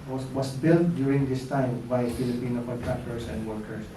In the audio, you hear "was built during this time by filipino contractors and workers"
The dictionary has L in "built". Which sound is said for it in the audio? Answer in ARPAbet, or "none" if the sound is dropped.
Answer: L